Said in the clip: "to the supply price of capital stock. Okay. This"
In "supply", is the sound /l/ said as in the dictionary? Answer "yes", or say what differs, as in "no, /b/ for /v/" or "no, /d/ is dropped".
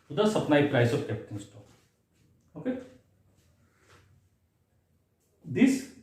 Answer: no, /n/ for /l/